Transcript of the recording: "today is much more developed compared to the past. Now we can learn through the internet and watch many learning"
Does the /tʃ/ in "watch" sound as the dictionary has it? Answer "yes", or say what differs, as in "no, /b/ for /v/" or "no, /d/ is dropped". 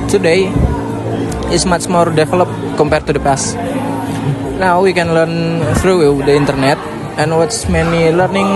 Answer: no, /s/ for /tʃ/